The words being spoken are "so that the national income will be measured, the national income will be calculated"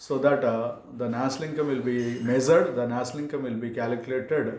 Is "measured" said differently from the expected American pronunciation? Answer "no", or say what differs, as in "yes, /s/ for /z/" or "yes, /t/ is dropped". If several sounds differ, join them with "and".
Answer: yes, /z/ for /ʒ/